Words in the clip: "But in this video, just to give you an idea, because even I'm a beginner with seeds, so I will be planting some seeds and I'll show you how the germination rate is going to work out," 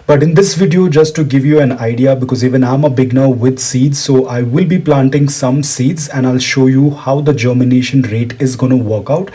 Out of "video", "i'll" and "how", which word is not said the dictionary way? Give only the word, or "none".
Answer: none